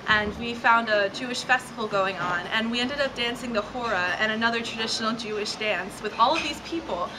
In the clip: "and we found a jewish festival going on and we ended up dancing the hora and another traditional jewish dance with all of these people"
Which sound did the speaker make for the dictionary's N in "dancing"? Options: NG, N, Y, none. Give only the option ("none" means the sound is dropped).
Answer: N